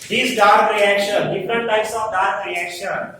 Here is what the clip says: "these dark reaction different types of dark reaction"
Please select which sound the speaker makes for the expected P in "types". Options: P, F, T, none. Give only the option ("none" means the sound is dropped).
none